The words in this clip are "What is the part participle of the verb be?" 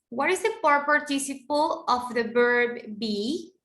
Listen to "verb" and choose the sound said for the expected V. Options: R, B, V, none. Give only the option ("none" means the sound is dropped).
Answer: B